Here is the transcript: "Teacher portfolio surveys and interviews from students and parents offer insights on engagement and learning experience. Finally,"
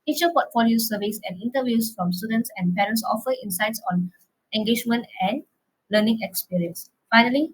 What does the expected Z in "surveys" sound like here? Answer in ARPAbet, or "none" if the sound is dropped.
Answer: S